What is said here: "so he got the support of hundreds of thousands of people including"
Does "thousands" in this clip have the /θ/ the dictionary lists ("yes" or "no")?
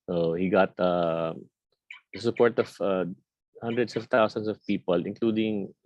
no